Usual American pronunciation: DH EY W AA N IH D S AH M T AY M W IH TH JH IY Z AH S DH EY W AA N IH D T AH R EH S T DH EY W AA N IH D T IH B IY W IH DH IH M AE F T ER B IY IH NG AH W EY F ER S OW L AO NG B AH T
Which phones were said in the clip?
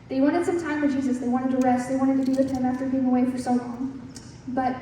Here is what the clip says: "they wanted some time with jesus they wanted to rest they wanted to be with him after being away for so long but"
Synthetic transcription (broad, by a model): DH EY W AA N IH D S AH M T AY M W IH JH IY Z AH S DH EY W AA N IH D T AH R EH S T DH EY W AA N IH D T IH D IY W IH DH IH M AE F T ER B IY IH NG AH W EY F ER S OW L AO NG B AH T